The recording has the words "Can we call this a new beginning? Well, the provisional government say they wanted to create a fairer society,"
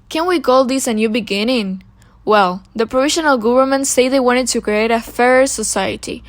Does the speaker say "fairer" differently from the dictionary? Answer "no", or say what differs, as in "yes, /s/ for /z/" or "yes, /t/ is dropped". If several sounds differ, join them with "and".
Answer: no